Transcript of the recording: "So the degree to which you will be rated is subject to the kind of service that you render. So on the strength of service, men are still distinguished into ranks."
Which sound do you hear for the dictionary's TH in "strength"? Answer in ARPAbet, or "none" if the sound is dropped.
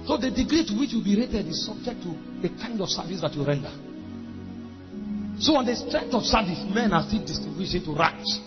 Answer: T